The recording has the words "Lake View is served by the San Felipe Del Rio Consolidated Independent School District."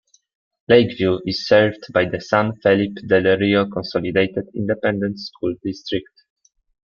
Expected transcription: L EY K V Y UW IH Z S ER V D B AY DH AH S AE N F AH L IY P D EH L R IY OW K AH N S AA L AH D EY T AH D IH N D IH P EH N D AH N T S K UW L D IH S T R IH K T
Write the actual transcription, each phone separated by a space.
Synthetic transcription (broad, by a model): L EY K V Y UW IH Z S ER V D B AY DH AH S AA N F AH L IY P D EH L R IY OW K AH N S AA L AH D EY T AH D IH N D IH P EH N D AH N T S K UW L D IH S T R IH K T